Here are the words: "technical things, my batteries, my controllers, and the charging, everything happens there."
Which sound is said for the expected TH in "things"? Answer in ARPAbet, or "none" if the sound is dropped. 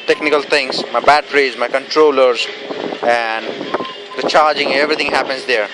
T